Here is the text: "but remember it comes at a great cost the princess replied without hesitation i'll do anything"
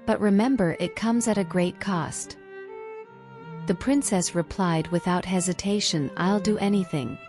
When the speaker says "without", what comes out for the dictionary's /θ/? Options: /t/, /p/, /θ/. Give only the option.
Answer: /θ/